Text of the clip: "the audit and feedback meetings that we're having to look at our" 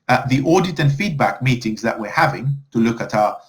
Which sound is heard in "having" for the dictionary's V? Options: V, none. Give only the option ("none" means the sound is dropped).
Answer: V